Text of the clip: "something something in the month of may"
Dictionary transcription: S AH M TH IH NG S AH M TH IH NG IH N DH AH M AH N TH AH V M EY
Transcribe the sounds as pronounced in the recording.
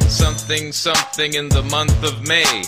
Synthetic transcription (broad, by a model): S AH M TH IH NG S AH M TH IH NG IH N DH AH M AH N TH AH V M EY